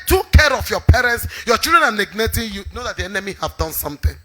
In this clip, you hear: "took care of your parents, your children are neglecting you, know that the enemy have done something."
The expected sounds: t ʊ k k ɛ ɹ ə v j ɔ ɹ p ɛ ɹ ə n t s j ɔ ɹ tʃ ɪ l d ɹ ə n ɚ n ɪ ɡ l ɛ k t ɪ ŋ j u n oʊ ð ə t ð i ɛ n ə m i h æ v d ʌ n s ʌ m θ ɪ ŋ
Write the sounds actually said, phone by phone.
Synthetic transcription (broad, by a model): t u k k ɛ ɹ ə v j ɔ p ɛ ɹ ə n t s j ɔ tʃ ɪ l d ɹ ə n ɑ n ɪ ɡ n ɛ t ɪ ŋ j u n oʊ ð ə t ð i ɛ n ə m i h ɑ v d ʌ n s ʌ m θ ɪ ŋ